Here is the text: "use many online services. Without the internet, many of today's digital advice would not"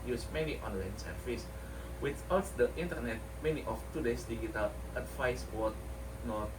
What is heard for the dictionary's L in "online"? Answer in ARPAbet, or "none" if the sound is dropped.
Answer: L